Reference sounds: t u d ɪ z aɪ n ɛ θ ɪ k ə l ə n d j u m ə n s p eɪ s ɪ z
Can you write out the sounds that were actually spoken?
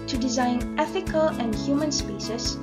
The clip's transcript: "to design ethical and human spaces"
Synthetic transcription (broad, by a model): t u d ɪ z aɪ n ɛ θ ɪ k ə l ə n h j u m ə n s p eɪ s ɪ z